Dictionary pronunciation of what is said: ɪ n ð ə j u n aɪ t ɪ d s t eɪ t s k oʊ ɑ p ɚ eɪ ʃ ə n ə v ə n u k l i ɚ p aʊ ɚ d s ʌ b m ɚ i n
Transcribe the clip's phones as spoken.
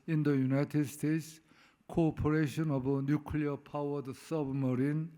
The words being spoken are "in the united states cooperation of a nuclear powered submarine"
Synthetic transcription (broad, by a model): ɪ n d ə j u n aɪ t ɪ d s t eɪ t s k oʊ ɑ p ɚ eɪ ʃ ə n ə b ə n u k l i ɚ p aʊ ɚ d s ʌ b m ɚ i n